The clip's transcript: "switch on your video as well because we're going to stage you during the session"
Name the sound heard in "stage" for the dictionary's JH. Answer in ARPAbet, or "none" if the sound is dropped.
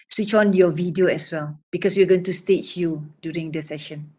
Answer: CH